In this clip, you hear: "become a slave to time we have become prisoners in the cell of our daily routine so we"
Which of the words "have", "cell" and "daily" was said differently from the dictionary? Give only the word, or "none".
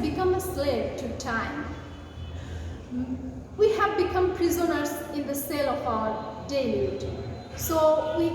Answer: daily